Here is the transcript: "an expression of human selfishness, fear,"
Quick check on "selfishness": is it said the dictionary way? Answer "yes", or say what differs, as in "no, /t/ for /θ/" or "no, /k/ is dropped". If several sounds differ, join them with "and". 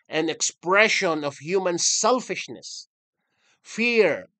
yes